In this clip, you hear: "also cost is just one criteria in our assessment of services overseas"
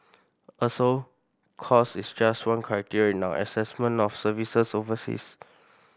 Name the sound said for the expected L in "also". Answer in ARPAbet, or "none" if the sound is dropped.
none